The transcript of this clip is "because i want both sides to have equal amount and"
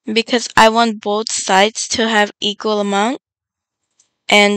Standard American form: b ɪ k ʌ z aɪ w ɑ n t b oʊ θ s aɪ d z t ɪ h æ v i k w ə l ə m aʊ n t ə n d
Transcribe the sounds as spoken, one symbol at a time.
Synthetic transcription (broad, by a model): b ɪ k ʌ z aɪ w ɑ n t b oʊ θ s aɪ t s t ɪ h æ v i k w ə l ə m aʊ n t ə n